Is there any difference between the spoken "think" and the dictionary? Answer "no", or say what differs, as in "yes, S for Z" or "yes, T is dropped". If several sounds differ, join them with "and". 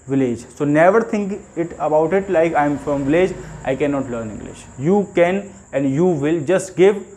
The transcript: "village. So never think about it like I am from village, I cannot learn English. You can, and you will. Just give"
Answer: yes, T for TH